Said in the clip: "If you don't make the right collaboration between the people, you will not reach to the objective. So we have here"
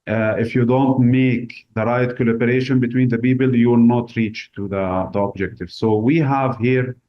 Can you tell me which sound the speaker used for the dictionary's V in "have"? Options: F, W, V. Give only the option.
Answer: V